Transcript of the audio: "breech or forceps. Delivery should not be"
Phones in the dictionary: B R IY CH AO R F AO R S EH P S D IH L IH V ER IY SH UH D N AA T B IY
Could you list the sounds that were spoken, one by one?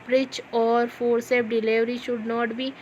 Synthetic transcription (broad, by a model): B R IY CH AO R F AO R S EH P D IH L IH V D IY SH UH D N AA T B IY